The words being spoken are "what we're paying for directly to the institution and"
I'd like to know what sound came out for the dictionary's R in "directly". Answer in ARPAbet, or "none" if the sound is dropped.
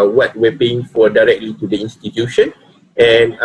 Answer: R